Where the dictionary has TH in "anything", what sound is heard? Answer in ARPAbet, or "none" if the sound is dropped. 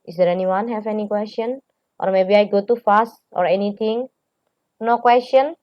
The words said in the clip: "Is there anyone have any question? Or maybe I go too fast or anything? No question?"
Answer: T